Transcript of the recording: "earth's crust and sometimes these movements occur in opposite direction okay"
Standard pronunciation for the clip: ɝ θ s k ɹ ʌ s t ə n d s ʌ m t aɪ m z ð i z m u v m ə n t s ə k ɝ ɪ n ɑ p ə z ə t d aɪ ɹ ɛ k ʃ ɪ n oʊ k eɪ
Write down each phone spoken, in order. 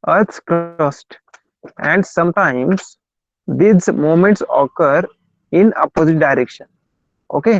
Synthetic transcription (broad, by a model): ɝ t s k ɹ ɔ s t ə n d s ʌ m t aɪ m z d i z m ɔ m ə n t s ə k ɝ ɪ n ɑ p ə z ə t d aɪ ɹ ɛ k ʃ ɪ n oʊ k eɪ